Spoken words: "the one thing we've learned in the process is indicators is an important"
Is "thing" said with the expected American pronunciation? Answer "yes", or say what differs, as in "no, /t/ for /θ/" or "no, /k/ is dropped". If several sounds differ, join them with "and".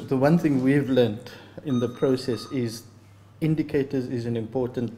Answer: yes